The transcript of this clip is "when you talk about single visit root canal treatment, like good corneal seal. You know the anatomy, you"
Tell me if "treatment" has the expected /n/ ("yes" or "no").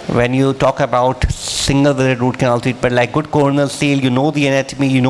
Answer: no